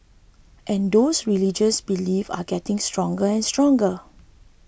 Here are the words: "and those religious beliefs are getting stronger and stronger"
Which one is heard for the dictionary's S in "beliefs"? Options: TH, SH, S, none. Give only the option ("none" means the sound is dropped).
none